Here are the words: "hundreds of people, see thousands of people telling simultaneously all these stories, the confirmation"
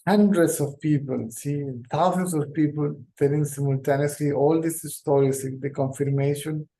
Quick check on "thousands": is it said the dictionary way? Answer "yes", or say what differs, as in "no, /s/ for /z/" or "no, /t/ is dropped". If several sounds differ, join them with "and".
no, /t/ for /θ/